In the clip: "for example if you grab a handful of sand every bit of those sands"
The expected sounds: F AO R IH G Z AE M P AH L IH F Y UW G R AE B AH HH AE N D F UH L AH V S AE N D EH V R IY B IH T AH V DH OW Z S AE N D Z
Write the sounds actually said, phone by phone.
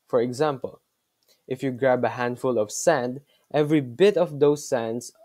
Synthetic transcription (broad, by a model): F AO R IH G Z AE M P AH L IH F Y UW G R AE B AH HH AE N D F UH L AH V S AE N D EH V R IY B IH T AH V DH OW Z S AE N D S